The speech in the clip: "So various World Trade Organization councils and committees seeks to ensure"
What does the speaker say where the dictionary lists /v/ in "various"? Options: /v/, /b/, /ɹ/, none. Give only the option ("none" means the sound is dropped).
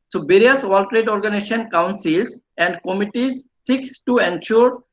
/b/